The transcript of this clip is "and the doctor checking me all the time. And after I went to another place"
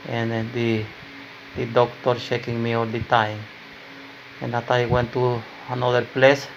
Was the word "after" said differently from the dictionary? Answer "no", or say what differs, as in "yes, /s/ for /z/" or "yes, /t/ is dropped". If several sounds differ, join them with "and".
yes, /f/ is dropped